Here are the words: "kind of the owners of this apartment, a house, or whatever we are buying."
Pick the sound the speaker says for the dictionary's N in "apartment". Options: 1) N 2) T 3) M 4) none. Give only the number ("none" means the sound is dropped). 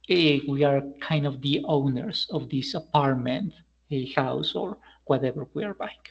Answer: 1